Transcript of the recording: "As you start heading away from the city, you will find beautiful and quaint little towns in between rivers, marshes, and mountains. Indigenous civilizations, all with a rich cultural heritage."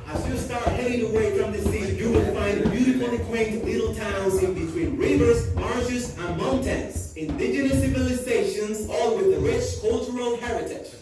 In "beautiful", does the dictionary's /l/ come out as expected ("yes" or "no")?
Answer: no